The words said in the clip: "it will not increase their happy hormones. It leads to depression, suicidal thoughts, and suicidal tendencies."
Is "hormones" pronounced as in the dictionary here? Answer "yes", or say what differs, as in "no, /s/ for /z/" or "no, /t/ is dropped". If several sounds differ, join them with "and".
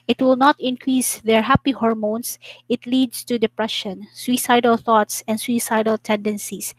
no, /s/ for /z/